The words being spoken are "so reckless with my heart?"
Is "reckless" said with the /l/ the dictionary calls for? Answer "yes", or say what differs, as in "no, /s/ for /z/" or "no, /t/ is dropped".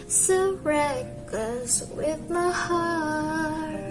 no, /l/ is dropped